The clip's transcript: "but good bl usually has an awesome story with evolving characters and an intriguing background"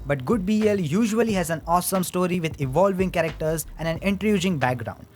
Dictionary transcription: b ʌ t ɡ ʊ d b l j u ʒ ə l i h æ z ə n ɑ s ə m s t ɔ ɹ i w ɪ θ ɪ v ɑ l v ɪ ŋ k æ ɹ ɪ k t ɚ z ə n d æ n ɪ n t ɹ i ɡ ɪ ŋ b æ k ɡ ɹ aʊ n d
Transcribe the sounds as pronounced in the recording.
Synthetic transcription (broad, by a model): b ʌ t ɡ ʊ d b l j u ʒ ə l i h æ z ə n ɑ s ə m s t ɔ ɹ i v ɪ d ɪ v ɑ l v ɪ ŋ k æ ɹ ɪ k t ɚ z ə n d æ n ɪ n t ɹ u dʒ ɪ ŋ b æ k ɡ ɹ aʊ n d